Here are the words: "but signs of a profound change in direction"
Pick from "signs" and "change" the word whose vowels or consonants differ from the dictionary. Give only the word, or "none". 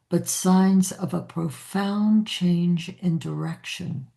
none